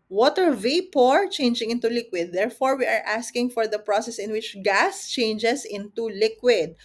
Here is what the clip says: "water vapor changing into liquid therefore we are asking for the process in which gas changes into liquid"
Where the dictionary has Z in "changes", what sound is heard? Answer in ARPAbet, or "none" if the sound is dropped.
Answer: S